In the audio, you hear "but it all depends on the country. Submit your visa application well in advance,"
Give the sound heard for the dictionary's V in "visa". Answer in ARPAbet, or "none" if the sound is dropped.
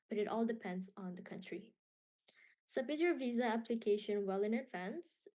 V